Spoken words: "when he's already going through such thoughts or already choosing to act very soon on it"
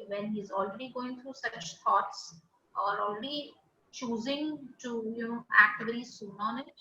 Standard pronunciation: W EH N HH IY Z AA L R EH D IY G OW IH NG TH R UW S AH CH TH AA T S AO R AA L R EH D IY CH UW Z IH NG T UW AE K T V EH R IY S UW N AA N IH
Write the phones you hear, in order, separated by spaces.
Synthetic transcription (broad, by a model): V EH N HH IY Z AA L R EH D IY G OW IH NG T R UW S AH CH T AA T S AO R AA L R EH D IY CH UW Z IH NG T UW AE K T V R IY S UW N AA N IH